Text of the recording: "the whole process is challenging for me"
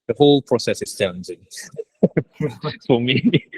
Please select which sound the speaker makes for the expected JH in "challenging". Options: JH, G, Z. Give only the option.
Z